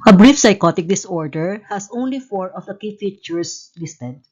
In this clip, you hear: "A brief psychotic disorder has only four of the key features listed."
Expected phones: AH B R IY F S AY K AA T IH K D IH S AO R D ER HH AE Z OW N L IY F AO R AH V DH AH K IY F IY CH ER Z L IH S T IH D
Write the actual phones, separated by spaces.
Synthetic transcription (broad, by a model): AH B R IY F S AY K AA T IH K D IH S AO R D ER HH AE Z OW N L IY F AO R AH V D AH K IY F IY CH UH S L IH S T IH D